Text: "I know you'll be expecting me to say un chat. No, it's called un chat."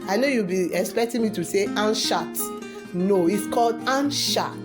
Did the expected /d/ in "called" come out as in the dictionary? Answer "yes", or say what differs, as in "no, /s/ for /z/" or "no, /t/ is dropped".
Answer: yes